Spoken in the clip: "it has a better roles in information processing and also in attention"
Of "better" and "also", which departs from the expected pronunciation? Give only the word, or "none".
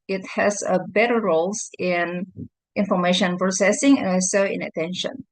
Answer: also